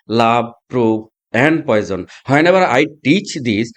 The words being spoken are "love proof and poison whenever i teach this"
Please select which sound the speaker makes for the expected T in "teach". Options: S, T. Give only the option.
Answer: T